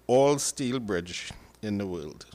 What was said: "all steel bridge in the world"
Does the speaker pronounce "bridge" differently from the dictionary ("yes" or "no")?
no